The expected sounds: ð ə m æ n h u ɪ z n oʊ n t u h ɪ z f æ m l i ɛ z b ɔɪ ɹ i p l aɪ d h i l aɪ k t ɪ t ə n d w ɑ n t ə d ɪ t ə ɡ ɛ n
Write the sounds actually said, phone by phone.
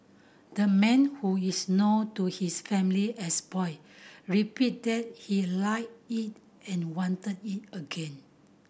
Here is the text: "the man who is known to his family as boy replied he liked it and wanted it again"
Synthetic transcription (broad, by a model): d ə m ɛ n h u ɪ s n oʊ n t u h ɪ s f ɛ m l i ɛ s b ɔɪ ɹ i p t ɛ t h i l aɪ t ɪ t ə n w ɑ n t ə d ɪ t ə ɡ ɛ n